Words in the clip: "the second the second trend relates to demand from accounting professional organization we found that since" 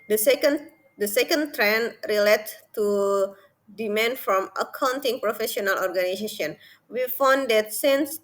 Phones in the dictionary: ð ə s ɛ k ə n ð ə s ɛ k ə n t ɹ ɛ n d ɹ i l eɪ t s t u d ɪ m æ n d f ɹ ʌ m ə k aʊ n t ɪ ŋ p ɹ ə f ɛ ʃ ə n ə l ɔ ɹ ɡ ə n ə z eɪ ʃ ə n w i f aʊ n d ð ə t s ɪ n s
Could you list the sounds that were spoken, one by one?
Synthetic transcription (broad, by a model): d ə s ɛ k ə n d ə s ɛ k ə n t ɹ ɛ n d ɹ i l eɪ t t u d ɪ m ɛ n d f ɹ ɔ m ə k aʊ n t ɪ ŋ p ɹ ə f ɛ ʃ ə n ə l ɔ ɹ ɡ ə n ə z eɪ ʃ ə n w i f aʊ n d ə t s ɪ n s